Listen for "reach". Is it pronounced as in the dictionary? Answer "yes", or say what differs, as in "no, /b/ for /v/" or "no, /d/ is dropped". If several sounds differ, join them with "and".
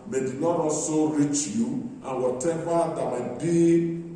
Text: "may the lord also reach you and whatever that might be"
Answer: yes